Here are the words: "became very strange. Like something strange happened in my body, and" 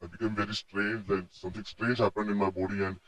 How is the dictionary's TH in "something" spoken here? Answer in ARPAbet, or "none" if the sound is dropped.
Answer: T